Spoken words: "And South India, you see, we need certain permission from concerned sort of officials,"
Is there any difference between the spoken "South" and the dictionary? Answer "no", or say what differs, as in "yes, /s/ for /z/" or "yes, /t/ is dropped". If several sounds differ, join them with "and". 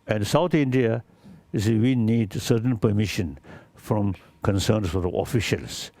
yes, /t/ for /θ/